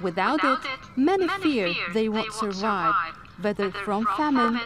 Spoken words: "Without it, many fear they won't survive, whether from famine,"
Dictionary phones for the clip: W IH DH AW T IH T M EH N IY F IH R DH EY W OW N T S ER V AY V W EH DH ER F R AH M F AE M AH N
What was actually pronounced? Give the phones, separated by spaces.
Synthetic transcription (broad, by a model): W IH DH AW T IH T M EH N IY F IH R DH EY W OW N T S ER V AY V W EH DH ER F R AH M F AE M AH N